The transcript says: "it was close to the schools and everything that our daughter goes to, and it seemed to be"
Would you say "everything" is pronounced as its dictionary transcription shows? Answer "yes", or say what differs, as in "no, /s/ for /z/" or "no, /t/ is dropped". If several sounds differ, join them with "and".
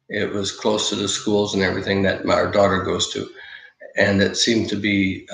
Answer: yes